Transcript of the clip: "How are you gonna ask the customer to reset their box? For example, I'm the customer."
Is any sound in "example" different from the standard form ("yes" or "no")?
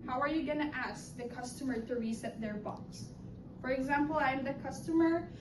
no